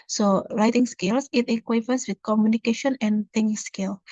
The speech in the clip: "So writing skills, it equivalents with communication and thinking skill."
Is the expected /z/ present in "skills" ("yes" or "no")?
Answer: no